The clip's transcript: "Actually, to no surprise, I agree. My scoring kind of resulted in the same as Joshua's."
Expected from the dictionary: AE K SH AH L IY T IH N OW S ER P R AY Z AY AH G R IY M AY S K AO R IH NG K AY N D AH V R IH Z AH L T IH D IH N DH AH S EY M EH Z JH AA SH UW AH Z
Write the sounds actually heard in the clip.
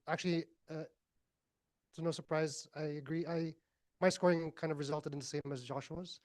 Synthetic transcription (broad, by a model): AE K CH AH L IY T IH N OW S ER P R AY Z AY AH G R IY M AY S K AO R IH NG K AY N D AH V R IH Z AH L T IH D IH N DH AH S EY M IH Z JH AA SH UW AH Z